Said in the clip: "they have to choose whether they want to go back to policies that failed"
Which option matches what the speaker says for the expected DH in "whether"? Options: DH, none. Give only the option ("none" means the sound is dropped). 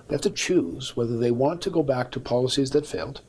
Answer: DH